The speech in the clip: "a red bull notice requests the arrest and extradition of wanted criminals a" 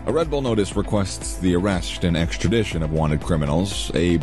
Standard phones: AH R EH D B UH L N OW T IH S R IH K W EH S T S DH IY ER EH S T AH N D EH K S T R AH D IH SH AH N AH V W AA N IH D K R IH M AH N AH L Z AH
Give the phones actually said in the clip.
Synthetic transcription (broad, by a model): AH R EH D B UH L N OW T IH S R IH K W EH S T S DH IY ER EH S T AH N EH K S T R AH D IH SH AH N AH V W AA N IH D K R IH M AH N L Z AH